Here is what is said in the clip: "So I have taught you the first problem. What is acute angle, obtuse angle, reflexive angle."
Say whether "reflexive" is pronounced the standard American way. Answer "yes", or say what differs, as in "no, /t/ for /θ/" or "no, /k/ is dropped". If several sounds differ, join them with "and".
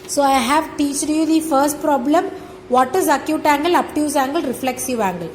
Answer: yes